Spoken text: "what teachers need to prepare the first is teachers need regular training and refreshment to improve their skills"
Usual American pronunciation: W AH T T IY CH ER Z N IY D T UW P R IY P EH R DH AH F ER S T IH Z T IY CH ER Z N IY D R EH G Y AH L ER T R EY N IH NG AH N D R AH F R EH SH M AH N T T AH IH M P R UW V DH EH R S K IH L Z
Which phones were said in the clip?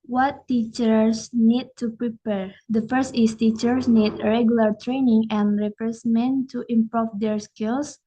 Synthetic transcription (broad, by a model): W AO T T IY CH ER S N IY D T UW P R IY P EH R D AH F ER S T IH S T IY CH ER S N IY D R EH G Y AH L ER T R EY N IH NG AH N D R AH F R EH S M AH N T T AH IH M P R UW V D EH R S K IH L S